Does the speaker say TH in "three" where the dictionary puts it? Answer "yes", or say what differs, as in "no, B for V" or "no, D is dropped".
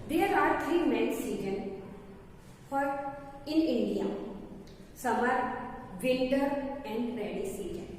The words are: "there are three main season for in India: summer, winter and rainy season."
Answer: no, T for TH